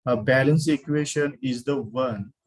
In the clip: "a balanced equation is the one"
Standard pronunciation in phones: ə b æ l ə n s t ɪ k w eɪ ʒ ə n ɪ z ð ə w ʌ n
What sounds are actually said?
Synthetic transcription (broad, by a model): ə b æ l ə n s ɪ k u eɪ ʃ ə n ɪ z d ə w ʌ n